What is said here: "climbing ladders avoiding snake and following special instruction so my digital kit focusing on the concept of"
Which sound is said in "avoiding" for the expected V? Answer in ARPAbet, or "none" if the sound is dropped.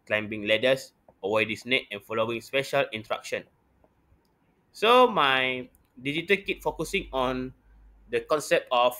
W